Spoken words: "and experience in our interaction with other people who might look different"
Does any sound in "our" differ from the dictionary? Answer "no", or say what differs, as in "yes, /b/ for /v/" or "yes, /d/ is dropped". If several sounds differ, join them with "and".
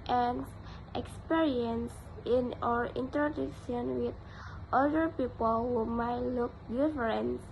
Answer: no